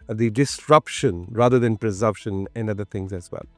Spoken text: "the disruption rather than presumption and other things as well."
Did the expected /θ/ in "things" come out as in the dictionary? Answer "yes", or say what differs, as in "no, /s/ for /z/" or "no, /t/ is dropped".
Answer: no, /t/ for /θ/